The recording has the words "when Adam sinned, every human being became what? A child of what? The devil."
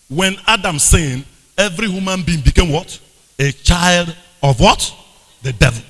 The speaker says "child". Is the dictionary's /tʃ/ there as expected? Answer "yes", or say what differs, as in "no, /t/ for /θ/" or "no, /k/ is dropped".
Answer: yes